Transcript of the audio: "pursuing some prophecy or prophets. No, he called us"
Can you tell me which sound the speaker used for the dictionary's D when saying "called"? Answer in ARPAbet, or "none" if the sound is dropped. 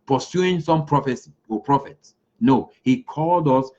D